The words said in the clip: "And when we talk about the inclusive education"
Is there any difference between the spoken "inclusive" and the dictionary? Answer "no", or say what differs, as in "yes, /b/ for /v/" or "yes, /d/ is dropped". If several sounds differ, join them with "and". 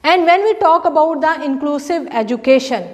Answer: no